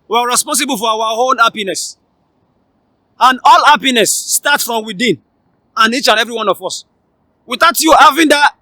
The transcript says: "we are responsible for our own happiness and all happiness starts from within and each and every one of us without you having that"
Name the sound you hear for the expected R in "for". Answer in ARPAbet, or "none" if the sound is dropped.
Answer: W